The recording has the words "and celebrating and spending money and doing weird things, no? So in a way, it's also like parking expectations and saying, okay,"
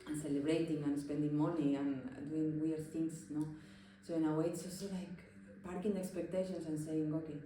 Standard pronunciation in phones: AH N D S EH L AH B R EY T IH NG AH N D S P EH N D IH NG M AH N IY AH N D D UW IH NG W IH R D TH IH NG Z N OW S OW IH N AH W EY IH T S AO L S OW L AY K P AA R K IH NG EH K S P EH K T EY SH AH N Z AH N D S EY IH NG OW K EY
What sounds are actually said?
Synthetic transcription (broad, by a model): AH N S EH L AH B R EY T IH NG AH N S P EH N D IH NG M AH N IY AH N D D UW IH NG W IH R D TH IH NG S N OW S OW IH N AH W EY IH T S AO S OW L AY K P AA R K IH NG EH K S P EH K T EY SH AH N S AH N S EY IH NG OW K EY